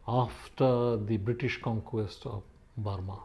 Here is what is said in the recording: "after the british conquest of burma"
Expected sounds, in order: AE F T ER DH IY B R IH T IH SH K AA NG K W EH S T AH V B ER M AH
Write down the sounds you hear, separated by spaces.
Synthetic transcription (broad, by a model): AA F T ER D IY B R IH T IH SH K AA NG K W EH S T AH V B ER M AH